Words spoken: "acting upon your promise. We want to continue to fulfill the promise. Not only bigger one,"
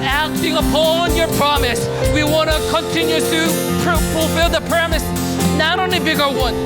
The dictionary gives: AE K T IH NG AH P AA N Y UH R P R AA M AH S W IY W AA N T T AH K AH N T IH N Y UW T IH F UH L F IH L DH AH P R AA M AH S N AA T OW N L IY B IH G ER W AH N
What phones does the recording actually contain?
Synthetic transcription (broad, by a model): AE K T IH NG AH P AA N Y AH R P R AA M AH S W IY W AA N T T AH K AH N T IH N Y UW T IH F UH L F IH L DH AH P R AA M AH S N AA T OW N IY B IH G ER W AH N